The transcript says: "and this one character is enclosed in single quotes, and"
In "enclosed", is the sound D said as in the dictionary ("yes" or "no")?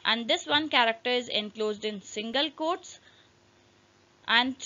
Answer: yes